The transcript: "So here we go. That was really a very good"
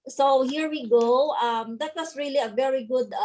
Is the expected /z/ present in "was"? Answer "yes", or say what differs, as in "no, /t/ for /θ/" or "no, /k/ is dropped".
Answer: no, /s/ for /z/